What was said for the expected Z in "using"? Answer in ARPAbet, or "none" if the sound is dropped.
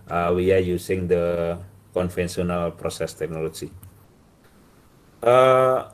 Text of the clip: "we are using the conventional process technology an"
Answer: S